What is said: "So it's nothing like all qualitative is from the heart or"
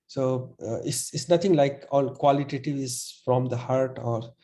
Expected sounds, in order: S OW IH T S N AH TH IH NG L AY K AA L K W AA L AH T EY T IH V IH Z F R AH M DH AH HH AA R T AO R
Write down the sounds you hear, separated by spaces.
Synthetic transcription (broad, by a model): S OW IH S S N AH T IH NG L AY K AA L K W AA L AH T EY T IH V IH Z F R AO M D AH HH AA R T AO R